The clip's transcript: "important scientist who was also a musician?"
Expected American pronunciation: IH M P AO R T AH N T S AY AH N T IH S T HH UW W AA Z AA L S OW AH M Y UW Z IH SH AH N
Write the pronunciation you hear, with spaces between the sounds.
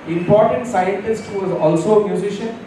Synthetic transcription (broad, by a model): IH M P AO R T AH N T S AY AH N T IH S T HH UW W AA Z AA L S OW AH M Y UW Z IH SH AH N